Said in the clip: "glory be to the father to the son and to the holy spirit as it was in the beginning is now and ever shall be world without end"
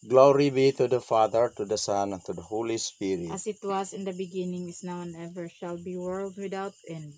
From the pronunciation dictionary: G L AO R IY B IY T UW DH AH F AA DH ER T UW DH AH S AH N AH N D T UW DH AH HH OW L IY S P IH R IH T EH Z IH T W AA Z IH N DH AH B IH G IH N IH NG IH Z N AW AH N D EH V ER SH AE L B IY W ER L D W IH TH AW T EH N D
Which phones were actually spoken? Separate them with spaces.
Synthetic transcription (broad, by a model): G L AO R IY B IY T UW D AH F AA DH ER T UW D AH S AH N T UW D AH HH OW L IY S P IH R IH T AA S IH T W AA S IH N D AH B IH G IH N IH NG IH S N AW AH N EH V ER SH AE L B IY W ER L D W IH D AW T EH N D